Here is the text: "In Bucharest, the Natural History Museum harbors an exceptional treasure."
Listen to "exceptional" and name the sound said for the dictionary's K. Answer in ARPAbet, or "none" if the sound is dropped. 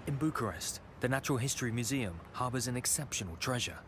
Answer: K